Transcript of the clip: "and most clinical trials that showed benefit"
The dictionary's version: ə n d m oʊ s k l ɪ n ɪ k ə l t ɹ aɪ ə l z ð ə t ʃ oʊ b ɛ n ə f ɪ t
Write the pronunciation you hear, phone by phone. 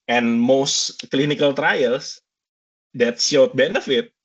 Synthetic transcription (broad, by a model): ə n m oʊ s k l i n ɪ k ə l t ɹ aɪ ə l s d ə t s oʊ b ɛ n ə f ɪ t